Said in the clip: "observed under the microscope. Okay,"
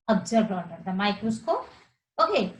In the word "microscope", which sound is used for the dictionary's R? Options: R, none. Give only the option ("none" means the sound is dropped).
none